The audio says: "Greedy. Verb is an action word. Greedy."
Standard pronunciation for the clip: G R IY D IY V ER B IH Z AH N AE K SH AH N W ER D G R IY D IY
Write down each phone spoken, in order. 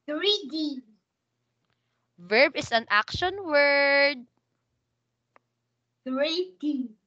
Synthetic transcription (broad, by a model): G R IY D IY V ER B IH S AH N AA K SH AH N W ER D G R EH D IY